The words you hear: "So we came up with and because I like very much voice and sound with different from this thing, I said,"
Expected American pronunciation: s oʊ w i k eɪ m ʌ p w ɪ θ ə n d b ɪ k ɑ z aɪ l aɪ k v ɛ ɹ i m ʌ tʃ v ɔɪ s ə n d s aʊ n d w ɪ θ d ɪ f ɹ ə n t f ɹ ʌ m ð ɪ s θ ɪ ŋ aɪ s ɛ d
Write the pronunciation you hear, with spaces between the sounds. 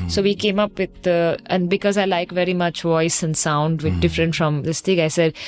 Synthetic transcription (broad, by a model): s oʊ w i k eɪ m ʌ p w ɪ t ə n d b ɪ k ɑ z aɪ l aɪ k v ɛ ɹ i m ʌ tʃ v ɔɪ s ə n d s aʊ n d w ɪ d ɪ f ɹ ə n t f ɹ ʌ m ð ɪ s t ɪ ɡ aɪ s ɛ d